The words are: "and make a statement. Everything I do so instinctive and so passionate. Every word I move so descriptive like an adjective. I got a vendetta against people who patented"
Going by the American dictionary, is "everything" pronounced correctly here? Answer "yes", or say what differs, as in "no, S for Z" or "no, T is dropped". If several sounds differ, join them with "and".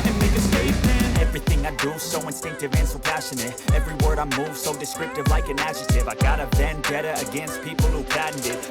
yes